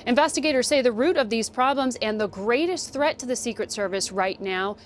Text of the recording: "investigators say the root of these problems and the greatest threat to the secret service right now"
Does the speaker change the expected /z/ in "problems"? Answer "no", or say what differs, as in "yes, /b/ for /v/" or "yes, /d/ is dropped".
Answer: no